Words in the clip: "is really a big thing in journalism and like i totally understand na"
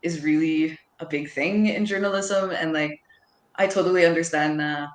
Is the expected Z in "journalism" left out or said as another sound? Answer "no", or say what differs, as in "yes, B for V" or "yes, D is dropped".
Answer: no